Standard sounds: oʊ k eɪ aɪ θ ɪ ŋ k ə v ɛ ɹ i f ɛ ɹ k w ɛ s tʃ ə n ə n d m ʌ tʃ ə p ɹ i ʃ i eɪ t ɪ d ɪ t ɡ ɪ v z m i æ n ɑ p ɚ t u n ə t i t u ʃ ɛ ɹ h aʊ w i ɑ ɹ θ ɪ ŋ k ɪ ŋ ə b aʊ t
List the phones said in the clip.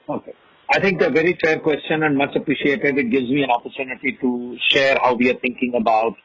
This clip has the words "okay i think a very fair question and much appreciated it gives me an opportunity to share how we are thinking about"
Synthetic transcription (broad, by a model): oʊ k eɪ aɪ t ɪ ŋ k ə v ɛ ɹ i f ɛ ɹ k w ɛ s tʃ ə n ə n d m ʌ tʃ ə p ɹ i ʃ i eɪ t ɪ d ɪ t ɡ ɪ v z m i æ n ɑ p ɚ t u n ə t i t u ʃ ɛ ɹ h aʊ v i ɑ ɹ t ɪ ŋ k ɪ ŋ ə b aʊ t